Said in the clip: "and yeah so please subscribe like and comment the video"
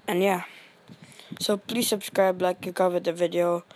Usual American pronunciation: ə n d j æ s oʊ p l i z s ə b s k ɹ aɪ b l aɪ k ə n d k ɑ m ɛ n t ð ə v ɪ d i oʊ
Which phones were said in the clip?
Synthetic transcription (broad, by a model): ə n j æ s oʊ p l i s ə b s k ɹ aɪ b l aɪ k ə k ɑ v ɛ t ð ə v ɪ d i oʊ